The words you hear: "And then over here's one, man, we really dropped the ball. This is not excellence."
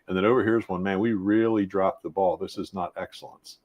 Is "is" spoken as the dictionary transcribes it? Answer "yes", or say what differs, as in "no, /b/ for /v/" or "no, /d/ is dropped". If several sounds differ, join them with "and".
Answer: yes